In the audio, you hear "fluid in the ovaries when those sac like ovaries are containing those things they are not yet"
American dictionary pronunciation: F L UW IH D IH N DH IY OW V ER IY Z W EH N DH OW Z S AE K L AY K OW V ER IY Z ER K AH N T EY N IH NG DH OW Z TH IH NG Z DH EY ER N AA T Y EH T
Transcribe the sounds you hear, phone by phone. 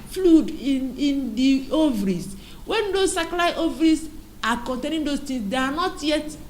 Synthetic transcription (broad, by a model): F L UW D IH N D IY OW V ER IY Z W EH N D OW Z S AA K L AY OW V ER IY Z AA K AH N T EY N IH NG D OW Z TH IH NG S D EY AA N AA T Y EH T